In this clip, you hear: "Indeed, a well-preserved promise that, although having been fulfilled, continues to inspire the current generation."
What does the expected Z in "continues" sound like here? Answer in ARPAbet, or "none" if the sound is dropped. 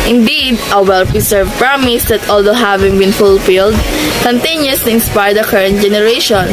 S